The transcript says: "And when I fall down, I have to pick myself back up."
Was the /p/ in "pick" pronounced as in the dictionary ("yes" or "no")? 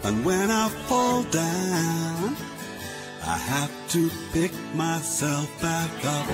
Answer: yes